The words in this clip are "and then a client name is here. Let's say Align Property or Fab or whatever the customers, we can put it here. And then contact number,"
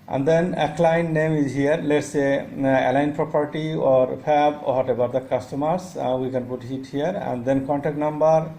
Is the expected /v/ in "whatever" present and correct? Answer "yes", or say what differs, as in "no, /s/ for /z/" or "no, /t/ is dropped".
no, /b/ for /v/